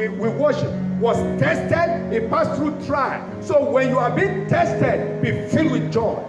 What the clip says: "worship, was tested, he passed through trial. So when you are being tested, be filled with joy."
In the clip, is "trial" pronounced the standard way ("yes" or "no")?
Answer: yes